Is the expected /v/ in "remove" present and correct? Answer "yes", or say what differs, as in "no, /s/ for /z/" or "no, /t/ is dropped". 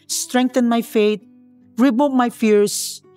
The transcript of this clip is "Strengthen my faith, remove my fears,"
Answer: no, /p/ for /v/